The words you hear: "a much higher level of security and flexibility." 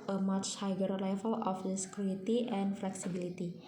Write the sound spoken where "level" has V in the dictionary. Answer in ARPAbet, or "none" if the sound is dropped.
F